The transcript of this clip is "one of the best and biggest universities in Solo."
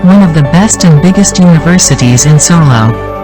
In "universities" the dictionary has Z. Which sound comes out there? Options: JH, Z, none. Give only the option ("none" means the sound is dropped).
Z